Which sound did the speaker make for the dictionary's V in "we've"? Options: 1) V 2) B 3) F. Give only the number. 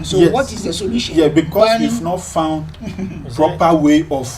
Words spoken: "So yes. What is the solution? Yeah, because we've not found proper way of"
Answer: 3